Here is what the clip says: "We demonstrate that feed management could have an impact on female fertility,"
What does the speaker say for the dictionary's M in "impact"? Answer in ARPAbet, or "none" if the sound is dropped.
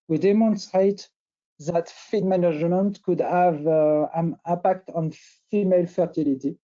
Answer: none